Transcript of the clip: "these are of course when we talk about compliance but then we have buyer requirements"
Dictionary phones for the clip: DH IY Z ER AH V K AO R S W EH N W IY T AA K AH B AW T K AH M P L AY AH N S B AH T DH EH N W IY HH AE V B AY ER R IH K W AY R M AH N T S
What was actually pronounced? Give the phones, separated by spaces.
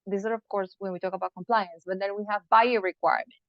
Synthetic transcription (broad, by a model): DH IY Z ER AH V K AO R S W EH N W IY T AA K AH B AW T K AH M P L AY AH N S B AH T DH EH N W IY HH AE V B AY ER R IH K W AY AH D